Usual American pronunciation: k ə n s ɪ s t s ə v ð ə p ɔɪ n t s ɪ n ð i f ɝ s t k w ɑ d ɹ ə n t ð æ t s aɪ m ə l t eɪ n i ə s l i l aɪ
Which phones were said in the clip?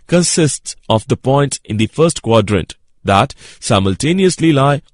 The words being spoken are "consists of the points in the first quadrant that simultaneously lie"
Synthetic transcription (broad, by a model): k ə n s ɪ s t s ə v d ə p ɔɪ n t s ɪ n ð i f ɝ s t k w ɑ d ɹ ə n t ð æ t s aɪ m ə l t eɪ n i ə s l i l aɪ